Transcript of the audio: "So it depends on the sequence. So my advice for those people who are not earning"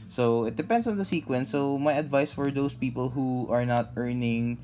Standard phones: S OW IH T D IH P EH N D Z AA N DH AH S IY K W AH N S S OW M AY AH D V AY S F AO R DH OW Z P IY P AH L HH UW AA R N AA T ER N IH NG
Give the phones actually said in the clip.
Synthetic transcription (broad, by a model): S OW IH T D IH P EH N D S AA N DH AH S IY K W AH N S S OW M AY AH D V AY S F AO R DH OW S P IY P AH L HH UW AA R N AA T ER N IH NG